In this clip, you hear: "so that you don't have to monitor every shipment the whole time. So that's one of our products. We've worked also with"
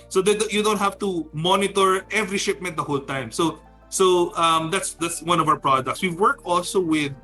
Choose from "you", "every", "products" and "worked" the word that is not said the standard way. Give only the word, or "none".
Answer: worked